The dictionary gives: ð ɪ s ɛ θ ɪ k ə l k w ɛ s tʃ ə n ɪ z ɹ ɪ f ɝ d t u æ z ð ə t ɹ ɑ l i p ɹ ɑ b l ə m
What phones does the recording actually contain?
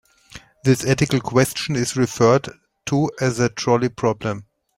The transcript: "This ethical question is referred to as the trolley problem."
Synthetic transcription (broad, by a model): ð ɪ s ɛ t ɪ k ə l k w ɛ s tʃ ə n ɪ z ɹ ɪ f ɝ d t u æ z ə t ɹ ɑ l i p ɹ ɑ b l ə m